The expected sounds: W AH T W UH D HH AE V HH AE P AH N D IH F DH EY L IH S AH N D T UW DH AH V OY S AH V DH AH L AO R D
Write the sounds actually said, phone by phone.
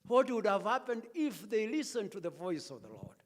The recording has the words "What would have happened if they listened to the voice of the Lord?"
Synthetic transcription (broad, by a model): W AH T W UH D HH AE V HH AE P AH N D IH F DH EY L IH S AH N T UW DH AH V OY S AH V DH AH L AO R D